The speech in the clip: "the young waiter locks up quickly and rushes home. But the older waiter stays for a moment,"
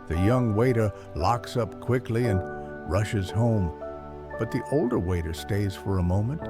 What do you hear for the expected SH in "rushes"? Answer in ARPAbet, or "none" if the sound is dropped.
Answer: SH